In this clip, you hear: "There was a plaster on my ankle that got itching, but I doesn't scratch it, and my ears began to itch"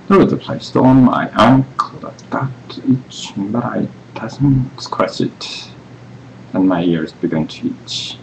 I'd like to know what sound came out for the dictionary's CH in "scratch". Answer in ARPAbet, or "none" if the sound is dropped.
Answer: S